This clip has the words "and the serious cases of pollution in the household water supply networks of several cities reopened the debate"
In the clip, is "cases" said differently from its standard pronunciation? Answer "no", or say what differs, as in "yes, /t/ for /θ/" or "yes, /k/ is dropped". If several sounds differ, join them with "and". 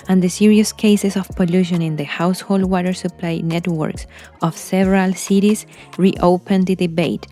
yes, /s/ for /z/